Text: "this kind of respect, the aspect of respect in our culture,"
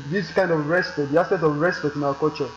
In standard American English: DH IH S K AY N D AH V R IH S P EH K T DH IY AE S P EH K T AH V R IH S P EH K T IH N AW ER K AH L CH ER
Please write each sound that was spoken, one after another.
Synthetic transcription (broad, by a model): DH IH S K AY N D AH V R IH S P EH T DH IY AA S EH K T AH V R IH S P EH T IH N AW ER K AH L CH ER